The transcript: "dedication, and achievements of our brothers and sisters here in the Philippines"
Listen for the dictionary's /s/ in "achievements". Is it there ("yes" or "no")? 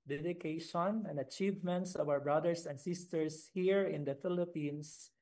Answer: yes